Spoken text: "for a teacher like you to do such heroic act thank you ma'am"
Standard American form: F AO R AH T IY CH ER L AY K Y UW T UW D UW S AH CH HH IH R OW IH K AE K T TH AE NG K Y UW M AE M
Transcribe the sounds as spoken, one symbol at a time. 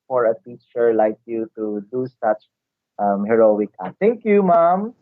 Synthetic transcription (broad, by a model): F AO R AH T IY CH ER L AY K Y UW T UW D UW S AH CH HH IH R OW IH K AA T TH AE NG K Y UW M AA M